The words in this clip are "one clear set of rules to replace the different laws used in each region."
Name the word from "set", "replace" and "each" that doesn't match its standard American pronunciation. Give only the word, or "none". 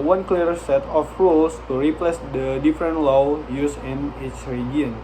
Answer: each